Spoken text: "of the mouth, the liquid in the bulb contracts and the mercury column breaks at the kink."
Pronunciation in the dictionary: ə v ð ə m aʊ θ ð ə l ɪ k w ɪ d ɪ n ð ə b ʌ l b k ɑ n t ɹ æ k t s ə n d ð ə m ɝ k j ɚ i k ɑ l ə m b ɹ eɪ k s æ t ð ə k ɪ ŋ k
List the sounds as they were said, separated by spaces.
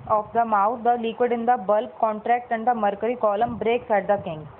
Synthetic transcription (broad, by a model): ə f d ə m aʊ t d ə l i k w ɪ d ɪ n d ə b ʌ l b k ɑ n t ɹ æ k t ə n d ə m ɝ k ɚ i k ɑ l ə m b ɹ eɪ k s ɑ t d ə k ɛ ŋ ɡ